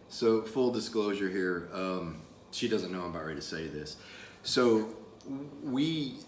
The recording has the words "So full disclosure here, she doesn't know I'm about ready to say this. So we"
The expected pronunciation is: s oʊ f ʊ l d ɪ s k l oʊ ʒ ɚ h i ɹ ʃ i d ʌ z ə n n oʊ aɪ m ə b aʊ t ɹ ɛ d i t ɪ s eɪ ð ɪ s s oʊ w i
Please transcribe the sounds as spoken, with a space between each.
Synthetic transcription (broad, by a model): s oʊ f ʊ l d ɪ s k l oʊ ʒ ɚ h i ɹ ʃ i d ʌ z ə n n oʊ aɪ m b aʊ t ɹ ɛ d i t ɪ s eɪ ð ɪ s s oʊ w i